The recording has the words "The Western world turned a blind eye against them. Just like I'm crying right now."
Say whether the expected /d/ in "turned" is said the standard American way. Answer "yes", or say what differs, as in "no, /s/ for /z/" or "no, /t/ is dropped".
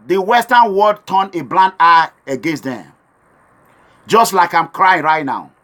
no, /d/ is dropped